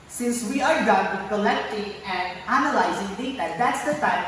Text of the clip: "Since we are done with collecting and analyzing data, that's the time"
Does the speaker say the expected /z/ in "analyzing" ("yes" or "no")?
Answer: yes